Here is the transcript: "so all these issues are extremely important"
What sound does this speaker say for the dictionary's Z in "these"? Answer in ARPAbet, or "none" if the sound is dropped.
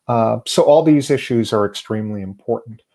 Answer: Z